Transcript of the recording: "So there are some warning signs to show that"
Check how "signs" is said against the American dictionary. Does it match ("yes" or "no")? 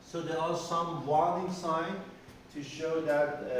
no